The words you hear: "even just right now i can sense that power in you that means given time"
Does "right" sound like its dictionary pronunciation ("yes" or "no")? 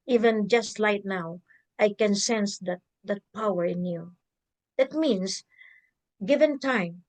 no